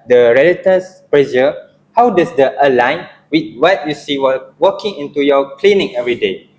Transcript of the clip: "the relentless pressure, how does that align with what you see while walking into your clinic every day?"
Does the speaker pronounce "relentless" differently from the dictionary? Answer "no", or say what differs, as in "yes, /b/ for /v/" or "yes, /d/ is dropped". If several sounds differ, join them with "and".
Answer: yes, /n/ is dropped and /l/ is dropped